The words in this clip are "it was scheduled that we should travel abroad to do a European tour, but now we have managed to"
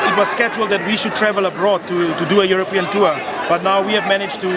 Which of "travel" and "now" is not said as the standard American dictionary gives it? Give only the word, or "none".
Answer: none